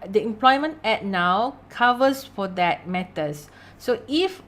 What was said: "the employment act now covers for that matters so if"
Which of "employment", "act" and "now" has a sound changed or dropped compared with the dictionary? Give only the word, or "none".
act